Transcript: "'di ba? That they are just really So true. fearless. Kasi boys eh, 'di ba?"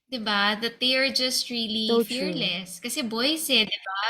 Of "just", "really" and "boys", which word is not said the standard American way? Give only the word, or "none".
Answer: boys